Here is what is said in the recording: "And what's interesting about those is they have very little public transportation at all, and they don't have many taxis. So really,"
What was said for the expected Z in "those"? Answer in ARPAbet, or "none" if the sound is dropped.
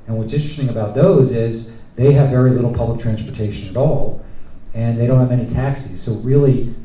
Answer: Z